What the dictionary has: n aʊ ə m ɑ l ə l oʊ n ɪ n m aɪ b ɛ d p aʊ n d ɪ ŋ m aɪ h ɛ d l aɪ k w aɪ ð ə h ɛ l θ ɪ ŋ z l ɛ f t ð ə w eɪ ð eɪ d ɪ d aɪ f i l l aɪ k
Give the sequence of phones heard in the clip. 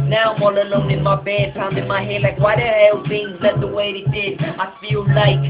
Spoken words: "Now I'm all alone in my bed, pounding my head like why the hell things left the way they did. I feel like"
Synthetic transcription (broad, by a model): n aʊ ə m ɑ l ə l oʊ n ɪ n m aɪ b ɛ d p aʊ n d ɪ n m aɪ h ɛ l aɪ k w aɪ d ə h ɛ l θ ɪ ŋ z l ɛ t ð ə w eɪ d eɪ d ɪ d aɪ f i l l aɪ k